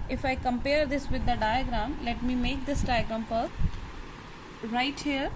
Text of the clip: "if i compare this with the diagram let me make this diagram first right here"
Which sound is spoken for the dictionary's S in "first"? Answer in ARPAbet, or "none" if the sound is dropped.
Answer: none